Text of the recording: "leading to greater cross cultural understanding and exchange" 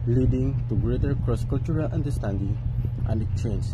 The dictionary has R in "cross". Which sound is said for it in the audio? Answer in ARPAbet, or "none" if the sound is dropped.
R